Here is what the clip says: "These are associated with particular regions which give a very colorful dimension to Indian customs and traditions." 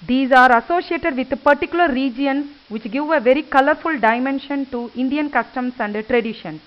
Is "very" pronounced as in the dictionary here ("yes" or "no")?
yes